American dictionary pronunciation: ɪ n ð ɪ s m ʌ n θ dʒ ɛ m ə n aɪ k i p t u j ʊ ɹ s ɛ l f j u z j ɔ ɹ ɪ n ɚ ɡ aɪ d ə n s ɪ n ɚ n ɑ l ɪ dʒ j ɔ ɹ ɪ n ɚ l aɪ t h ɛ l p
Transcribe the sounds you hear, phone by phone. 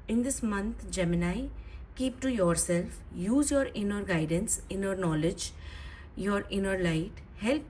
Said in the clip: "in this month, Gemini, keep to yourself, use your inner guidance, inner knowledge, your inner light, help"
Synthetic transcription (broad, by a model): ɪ n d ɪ s m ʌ n t dʒ ɛ m ə n aɪ k i p t u j ʊ ɹ s ɛ l f j u z j ɔ ɹ ɪ n ɚ ɡ aɪ d ə n s ɪ n ɚ n ɑ l ɪ dʒ j ɔ ɹ ɪ n ɚ l aɪ t h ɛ l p